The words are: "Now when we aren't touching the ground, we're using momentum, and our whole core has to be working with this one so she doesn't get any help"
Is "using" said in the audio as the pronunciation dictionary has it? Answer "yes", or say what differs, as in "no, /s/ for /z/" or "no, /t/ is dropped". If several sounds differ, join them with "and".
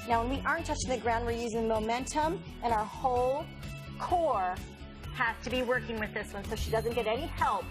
yes